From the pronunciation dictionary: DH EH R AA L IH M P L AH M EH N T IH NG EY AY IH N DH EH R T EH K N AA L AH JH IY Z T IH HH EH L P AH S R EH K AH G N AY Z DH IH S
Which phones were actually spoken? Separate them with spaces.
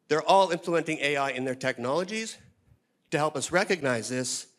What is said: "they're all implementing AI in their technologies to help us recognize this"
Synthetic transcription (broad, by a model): DH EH R AA L IH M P L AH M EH N T IH NG EY AY IH N DH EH R T EH K N AA L AH JH IY Z T IH HH EH L P AH S R EH K AH G N AY Z DH IH S